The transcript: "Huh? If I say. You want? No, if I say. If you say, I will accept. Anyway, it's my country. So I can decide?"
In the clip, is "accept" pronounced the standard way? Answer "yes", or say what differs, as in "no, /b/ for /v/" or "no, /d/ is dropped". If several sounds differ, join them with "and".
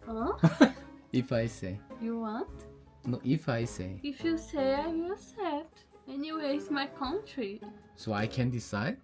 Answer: no, /k/ is dropped and /p/ is dropped